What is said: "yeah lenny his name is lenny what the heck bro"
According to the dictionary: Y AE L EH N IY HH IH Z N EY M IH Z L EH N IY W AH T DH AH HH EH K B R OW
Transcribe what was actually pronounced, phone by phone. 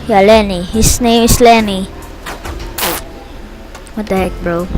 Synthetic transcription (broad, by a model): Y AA L EH N IY HH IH S N EY M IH S L EH N IY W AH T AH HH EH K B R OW